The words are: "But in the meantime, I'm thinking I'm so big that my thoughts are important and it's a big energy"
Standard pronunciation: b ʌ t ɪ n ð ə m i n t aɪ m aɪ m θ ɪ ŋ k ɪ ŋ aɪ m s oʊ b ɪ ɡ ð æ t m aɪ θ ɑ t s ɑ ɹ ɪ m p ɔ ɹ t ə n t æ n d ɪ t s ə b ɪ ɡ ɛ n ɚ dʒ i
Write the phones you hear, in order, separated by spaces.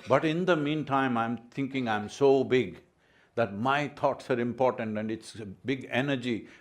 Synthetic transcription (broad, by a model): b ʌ t ɪ n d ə m i n t aɪ m aɪ m t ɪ ŋ k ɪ ŋ aɪ m s oʊ b ɪ ɡ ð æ t m aɪ t ɑ t s ɑ ɹ ɪ m p ɔ ɹ t ə n t æ n d ɪ t s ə b ɪ ɡ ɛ n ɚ dʒ i